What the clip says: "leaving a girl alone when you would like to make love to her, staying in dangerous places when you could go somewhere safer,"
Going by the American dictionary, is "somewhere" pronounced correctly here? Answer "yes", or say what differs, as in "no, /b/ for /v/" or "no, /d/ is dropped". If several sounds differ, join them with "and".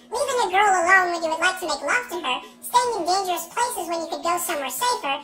yes